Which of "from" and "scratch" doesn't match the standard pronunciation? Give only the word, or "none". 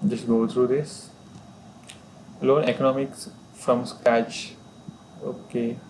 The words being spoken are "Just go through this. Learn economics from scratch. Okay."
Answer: scratch